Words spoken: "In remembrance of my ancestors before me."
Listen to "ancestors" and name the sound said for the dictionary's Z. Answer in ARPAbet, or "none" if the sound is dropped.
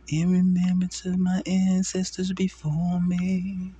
Z